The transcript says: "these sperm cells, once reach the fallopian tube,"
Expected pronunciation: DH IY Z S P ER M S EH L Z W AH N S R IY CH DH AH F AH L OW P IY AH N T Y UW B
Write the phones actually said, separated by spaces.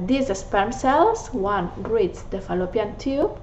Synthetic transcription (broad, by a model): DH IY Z S P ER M S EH L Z W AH N R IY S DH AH F AH L OW P IY AH N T Y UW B